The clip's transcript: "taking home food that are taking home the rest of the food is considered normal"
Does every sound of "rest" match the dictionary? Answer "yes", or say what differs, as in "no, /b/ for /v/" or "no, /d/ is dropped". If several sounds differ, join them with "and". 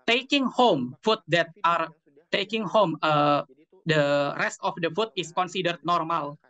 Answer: yes